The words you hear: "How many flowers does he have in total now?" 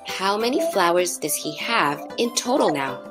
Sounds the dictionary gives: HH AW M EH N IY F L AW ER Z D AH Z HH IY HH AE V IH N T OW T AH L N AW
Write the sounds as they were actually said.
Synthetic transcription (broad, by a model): HH AW M EH N IY F L AW ER Z D AH Z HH IY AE V IH N T OW T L N AW